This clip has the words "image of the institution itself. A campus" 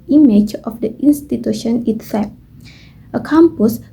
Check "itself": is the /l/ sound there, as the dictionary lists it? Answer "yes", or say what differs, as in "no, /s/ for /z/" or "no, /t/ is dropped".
no, /l/ is dropped